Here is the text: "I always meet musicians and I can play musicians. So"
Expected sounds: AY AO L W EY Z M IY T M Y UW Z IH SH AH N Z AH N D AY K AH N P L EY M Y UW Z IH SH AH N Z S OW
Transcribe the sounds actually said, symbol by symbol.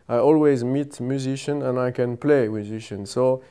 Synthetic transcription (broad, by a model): AY AO L W EY Z M IY T M Y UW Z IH SH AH N AH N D AY K AH N P L EY M Y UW Z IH SH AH N S OW